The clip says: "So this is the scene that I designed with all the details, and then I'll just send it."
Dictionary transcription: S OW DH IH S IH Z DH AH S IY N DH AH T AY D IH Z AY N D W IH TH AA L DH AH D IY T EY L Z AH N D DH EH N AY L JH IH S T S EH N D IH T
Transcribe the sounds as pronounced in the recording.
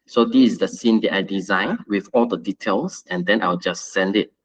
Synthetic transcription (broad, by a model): S OW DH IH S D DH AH S IY N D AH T AY D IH Z AY N W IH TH AA L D AH D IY T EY L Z AH N D EH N AY W JH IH S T S EH N D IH T